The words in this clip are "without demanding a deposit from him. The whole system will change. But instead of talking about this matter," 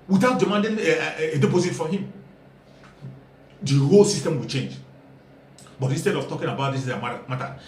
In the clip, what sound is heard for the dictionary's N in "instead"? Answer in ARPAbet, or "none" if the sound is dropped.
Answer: N